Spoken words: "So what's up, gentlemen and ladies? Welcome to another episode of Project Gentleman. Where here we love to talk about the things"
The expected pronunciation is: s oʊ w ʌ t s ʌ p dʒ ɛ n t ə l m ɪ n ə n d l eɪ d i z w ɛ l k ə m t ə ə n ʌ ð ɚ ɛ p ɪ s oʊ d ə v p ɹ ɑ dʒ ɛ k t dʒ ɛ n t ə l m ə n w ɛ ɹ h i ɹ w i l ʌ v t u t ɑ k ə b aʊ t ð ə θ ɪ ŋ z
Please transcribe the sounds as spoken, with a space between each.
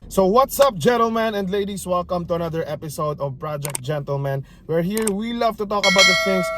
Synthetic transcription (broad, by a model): s oʊ w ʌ t s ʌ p dʒ ɛ n t ə l m ɪ n ə n d l eɪ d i s w ɛ l k ə m t ə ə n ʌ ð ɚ ɛ p ɪ s oʊ d ə v p ɹ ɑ dʒ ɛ k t dʒ ɛ n t ə l m ə n w ɛ ɹ h i ɹ w i l ʌ v t u t ɑ k ə b aʊ t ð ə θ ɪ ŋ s